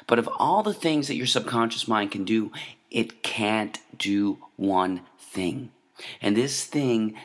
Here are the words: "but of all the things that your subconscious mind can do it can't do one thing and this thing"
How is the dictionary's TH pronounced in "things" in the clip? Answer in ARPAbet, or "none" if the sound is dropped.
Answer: TH